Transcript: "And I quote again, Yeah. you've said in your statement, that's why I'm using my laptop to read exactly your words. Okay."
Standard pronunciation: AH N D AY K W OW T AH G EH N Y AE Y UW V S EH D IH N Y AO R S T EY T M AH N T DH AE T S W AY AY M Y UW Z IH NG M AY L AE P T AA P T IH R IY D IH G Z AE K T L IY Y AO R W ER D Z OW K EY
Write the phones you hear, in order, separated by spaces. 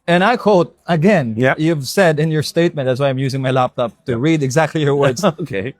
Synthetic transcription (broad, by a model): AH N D AY K W OW T AH G EH N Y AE Y UW V S EH D IH N Y AO R S T EY T M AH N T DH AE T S W AY AY M Y UW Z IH NG M AY L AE P T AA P T IH R IY D IH G Z AE K T L IY Y AO R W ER D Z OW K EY